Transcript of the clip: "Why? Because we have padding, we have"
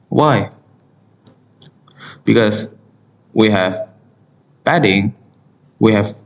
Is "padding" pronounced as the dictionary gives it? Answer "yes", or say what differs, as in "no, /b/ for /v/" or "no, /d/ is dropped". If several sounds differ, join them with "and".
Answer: no, /b/ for /p/